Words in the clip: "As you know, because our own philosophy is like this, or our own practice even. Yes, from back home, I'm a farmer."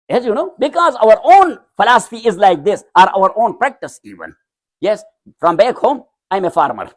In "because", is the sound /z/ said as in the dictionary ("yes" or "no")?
yes